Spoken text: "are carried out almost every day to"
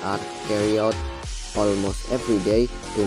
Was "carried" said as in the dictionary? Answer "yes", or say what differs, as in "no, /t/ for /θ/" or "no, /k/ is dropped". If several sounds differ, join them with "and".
no, /d/ is dropped